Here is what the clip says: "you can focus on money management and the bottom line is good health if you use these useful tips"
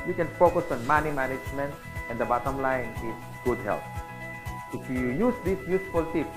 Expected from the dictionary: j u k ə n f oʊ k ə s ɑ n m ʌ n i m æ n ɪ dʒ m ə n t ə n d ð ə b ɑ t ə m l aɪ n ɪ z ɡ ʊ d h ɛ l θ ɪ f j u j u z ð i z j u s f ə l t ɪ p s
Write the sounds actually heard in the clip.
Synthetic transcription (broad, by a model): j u k ə n f oʊ k ə s ɑ n m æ n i m æ n ɪ dʒ m ə n t ə n d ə b ɑ t ə m l aɪ n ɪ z ɡ ʊ d h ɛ l t ɪ f j u j u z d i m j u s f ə l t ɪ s